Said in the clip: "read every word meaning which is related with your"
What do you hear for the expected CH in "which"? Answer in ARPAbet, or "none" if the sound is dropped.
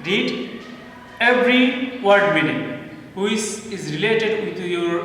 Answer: S